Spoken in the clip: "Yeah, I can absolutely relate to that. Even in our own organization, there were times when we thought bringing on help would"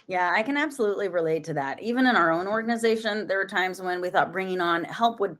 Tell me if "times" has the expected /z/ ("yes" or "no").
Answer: yes